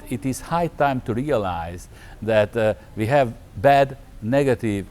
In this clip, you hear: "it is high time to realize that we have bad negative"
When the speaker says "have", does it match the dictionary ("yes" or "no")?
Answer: yes